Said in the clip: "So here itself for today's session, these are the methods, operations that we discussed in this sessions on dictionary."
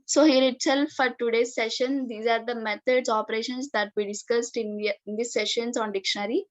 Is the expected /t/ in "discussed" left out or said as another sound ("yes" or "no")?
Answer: no